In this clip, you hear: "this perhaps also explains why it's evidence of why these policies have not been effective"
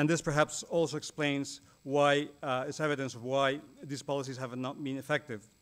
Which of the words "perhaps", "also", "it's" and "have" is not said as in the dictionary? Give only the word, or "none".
none